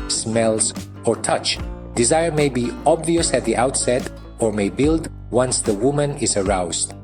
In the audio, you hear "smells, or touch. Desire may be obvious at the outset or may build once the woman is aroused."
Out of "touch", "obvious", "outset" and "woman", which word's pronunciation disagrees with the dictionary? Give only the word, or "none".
none